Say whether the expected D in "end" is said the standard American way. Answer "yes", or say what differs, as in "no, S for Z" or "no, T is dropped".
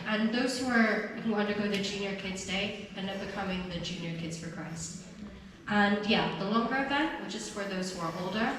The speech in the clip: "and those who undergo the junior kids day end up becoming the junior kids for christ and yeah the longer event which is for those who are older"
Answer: no, D is dropped